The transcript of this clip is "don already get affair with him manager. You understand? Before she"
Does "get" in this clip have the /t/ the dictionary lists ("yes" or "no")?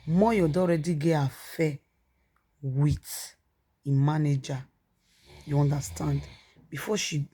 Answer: no